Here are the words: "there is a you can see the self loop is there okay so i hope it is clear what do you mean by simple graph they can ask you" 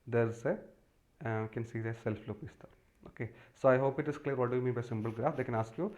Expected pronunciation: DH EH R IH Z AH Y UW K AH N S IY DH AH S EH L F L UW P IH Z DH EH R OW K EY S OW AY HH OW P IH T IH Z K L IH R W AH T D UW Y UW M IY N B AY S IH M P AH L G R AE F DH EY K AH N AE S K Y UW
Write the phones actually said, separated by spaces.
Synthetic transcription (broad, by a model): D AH R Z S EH K AH N S IY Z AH S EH L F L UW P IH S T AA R OW K EY S OW AY HH OW P IH T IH S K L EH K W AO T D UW Y UW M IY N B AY S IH M B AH L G R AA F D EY K AH N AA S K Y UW